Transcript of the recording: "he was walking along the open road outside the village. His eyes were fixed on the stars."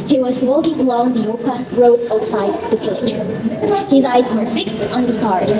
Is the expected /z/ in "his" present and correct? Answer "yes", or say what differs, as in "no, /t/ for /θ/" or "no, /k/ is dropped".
yes